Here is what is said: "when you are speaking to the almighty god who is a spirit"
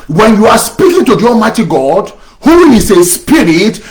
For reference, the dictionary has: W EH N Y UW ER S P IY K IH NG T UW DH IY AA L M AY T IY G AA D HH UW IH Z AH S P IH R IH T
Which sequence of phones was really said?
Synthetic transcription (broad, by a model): W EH N Y UW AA S P IY K IH NG T UW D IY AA M AY T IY G AA D HH UW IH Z AH S P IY R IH T